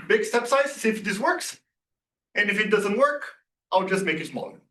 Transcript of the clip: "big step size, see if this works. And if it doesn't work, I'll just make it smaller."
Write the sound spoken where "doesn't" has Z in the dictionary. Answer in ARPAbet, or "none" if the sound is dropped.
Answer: Z